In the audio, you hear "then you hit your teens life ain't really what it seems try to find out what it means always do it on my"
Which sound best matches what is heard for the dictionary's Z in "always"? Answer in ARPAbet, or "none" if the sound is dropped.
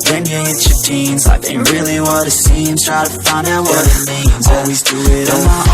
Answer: Z